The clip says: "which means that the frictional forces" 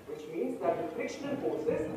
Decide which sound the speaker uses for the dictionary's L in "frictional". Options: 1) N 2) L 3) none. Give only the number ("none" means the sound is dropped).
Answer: 1